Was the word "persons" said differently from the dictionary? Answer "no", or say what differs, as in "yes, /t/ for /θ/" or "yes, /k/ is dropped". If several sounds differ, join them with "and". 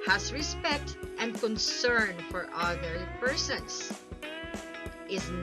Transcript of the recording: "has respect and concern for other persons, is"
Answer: yes, /s/ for /z/